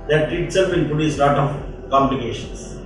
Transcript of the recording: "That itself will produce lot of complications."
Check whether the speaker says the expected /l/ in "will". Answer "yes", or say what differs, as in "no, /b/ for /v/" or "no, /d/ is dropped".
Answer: no, /n/ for /l/